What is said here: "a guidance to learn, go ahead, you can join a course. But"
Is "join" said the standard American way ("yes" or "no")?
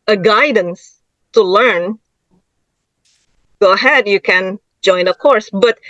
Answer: yes